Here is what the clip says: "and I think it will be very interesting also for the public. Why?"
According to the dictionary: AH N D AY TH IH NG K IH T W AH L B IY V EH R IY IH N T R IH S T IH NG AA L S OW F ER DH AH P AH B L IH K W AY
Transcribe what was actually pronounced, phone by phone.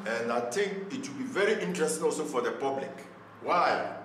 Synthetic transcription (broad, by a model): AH N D AY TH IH NG K IH T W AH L B IY V EH R IY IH N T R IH S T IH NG AA L S OW F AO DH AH P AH B L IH K W AY